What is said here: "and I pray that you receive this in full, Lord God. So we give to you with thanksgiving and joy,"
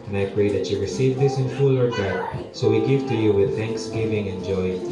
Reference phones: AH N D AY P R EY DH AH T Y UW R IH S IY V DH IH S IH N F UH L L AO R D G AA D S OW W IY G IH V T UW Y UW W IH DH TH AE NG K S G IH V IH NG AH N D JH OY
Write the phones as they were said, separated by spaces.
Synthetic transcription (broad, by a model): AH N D AY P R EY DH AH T Y UW R IH S IY V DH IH S IH N F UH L L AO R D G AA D S OW W IY G IH V T UW Y UW W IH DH TH AE NG K S G IH V IH NG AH N JH OY